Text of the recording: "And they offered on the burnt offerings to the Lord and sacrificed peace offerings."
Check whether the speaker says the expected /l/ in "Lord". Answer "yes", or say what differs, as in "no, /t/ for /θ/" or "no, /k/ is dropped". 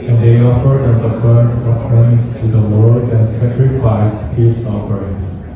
no, /w/ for /l/